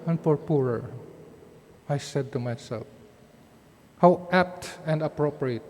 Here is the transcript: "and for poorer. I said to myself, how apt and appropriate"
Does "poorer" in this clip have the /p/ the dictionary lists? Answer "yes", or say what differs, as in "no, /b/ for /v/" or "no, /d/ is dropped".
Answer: yes